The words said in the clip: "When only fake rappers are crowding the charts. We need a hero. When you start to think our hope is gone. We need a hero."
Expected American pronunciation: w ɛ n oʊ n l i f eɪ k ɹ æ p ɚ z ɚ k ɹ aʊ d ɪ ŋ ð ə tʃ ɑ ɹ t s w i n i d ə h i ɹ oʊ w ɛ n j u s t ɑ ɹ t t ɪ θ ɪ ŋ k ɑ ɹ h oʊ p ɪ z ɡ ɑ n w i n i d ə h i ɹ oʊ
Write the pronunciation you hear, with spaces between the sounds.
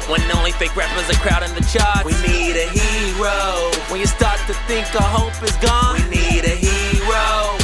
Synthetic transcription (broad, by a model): w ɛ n oʊ n l i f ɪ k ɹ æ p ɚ z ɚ k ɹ aʊ d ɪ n ð ə tʃ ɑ ɹ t w i n i d ə h i ɹ oʊ w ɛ n j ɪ s t ɑ ɹ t t ɪ θ ɪ ŋ k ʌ h oʊ p ɪ z ɡ ɑ n w i n i d ə h i ɹ oʊ